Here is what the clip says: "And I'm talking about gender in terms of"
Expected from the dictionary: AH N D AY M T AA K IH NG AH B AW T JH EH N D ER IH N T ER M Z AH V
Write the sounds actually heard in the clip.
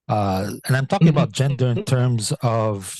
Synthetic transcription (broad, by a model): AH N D AY M T AA K IH NG AH B AW T JH EH N D ER IH N T ER M Z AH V